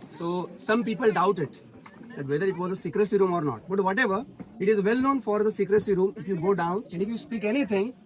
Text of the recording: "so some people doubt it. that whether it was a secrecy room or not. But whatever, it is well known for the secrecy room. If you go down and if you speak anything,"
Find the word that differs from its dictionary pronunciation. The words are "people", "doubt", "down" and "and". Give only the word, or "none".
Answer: none